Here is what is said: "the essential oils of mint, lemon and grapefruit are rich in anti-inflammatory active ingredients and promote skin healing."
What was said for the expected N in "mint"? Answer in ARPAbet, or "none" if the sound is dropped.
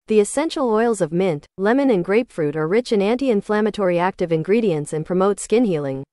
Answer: N